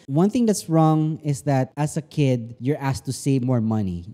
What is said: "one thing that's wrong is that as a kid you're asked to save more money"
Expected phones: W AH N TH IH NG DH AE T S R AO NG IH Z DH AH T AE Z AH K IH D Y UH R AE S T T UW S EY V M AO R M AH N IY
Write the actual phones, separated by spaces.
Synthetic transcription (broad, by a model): W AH N TH IH NG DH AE T S R AO NG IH S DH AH T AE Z AH K IH D Y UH R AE S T T UW S EY V M AO R M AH N IY